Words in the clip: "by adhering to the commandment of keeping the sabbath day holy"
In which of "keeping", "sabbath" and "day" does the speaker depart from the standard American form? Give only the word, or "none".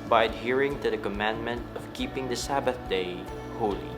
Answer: none